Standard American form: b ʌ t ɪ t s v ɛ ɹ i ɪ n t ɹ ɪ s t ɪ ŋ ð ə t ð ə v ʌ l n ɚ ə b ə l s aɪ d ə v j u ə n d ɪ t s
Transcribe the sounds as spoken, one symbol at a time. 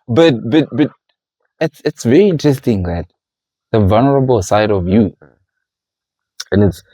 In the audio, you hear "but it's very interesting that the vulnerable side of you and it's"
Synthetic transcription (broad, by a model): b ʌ t ɪ t s v ɛ ɹ i ɪ n t ɹ ɪ s t ɪ ŋ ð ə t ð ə v ʌ l n ɚ ə b ə l s aɪ d ə v j u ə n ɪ t s